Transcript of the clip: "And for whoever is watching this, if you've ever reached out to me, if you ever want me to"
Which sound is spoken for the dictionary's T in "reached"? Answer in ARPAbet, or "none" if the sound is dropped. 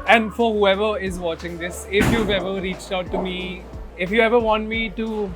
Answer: T